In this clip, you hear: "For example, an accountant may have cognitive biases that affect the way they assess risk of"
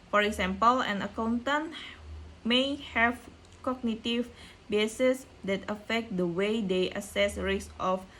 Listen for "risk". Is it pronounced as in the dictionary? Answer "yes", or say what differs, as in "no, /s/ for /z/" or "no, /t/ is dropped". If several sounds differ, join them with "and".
no, /k/ is dropped